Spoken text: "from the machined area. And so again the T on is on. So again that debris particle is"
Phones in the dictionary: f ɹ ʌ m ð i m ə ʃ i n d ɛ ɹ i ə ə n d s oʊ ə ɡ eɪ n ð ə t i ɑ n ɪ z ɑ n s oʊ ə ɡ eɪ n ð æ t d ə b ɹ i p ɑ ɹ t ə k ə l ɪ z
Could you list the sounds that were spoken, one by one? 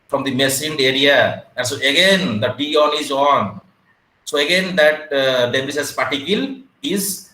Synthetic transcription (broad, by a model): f ɹ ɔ m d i m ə s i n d ɛ ɹ i ə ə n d s oʊ ə ɡ eɪ n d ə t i ɑ n ɪ z ɑ n s oʊ ə ɡ eɪ n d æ t d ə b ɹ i p ɑ ɹ t ə k ə l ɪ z